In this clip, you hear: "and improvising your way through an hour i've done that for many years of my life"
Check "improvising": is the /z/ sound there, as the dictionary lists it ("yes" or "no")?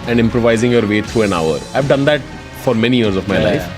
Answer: yes